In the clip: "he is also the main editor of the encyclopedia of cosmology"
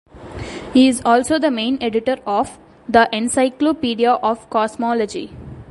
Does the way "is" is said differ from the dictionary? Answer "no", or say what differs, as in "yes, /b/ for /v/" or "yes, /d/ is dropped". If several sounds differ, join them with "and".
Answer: no